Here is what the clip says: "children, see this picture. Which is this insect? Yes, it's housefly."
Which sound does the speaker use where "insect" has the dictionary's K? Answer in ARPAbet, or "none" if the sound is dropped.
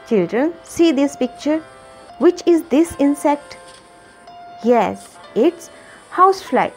K